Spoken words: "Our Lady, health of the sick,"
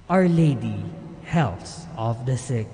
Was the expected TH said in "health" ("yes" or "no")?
no